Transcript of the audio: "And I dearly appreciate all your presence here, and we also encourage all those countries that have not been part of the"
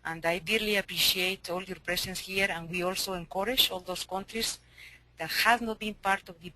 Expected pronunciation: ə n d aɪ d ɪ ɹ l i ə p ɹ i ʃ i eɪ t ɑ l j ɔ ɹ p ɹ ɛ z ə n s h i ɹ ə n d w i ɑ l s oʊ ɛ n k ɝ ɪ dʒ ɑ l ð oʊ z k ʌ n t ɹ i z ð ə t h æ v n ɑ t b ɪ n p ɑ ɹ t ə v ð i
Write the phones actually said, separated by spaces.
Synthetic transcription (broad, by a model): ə n d aɪ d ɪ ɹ l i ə p ɹ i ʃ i eɪ t ɑ l j ɔ ɹ p ɹ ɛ s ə n s h i ɹ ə n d w i ɑ l s oʊ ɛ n k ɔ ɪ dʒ ɑ l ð oʊ s k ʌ n t ɹ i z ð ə t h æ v n ɑ t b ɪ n p ɑ ɹ t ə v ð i